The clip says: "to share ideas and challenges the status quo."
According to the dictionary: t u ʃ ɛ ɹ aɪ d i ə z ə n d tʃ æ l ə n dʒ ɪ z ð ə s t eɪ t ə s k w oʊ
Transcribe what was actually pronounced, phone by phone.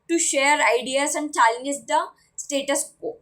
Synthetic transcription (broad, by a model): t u ʃ ɛ ɹ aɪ d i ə s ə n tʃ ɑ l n ɪ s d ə s t eɪ t ə s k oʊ